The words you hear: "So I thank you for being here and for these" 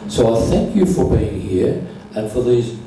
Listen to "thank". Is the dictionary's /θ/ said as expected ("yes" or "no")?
yes